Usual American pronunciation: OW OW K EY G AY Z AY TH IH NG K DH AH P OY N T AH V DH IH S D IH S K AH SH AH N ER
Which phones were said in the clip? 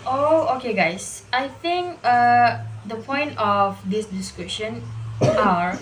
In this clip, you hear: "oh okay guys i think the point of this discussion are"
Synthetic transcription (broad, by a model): OW OW K EY G AY S AY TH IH NG K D AH P OY N T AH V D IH S D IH S K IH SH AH N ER